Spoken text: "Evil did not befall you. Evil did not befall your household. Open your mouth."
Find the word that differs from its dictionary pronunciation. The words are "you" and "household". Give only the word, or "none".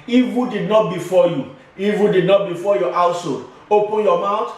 household